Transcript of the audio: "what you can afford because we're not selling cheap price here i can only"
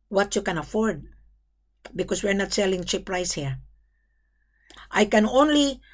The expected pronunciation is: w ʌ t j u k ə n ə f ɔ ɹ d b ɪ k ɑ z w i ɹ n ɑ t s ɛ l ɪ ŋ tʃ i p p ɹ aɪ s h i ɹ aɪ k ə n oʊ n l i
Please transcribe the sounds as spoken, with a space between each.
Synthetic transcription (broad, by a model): w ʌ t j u k ə n ə f ɔ ɹ d b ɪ k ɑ s w i ɹ n ɑ t s ɛ l ɪ ŋ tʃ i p p ɹ aɪ s h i ɹ aɪ k ə n oʊ n l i